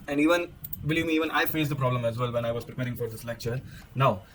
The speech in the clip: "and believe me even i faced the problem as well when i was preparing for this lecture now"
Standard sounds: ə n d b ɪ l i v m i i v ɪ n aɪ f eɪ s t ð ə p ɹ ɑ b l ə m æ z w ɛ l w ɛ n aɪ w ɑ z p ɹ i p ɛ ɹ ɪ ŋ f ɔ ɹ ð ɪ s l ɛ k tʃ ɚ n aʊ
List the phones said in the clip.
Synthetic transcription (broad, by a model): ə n d b ɪ l i v m i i v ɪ n aɪ f eɪ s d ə p ɹ ɑ b l ə m æ z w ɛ l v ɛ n aɪ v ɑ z p ɹ i p ɛ ɹ ɪ ŋ f ɔ ɹ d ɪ s l ɛ k tʃ ɚ n aʊ